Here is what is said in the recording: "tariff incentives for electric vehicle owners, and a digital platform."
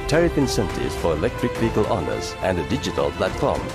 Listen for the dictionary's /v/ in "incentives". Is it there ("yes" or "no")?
no